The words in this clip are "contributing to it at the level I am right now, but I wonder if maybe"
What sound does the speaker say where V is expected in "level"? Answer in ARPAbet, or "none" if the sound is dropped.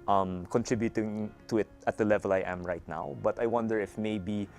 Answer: V